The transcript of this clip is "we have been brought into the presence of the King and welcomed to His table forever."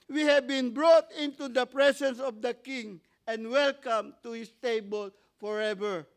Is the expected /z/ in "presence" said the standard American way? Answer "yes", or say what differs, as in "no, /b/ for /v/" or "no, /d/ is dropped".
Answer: no, /s/ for /z/